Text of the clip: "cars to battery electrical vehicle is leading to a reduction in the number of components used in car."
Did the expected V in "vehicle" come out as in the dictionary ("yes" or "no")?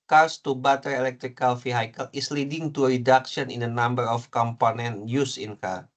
no